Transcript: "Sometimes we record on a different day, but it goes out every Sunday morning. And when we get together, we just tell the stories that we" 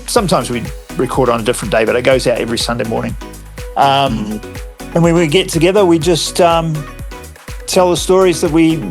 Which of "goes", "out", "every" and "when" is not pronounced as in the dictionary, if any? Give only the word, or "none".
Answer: none